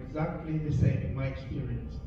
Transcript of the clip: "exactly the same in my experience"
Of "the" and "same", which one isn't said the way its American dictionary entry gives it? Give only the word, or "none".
same